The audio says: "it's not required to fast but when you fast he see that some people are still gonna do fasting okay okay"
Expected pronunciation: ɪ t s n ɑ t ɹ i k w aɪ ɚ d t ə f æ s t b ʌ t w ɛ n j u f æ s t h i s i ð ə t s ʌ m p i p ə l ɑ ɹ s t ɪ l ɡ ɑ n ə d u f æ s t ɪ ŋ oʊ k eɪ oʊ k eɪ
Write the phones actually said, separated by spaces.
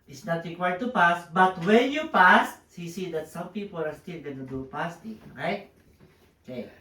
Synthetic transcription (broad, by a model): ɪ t s n ɑ t ɹ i k w aɪ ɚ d t ə p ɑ s b ʌ t w ɛ n j u p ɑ s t h i s i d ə t s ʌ m p i p ə l ɑ ɹ s t ɪ l ɡ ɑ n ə d u p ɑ s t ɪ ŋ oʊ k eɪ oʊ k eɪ